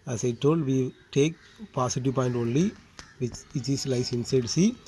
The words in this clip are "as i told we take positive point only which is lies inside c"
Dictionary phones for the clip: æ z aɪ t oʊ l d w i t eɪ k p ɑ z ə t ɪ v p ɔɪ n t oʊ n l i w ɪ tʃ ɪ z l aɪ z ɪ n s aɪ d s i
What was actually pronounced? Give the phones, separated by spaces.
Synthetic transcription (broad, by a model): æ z aɪ t oʊ l d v i t eɪ k p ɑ s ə t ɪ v p ɔɪ n t oʊ n l i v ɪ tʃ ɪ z l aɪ s ɪ n s aɪ d s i